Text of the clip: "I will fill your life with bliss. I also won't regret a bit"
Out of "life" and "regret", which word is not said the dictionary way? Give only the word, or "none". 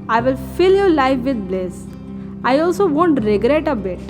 none